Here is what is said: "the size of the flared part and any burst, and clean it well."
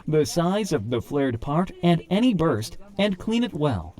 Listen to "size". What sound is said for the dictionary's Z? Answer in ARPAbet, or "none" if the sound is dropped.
Z